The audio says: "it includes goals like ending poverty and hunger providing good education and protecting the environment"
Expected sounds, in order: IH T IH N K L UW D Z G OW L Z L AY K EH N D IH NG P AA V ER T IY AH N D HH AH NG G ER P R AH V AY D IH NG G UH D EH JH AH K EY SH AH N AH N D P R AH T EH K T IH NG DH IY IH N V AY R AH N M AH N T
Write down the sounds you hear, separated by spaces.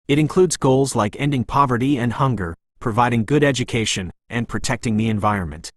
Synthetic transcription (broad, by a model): IH T IH N K L UW D Z G OW L Z L AY K EH N D IH NG P AA V ER T IY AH N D HH AH NG G ER P R AH V AY D IH NG G UH D EH JH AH K EY SH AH N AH N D P R AH T EH K T IH NG DH IY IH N V AY R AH N M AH N T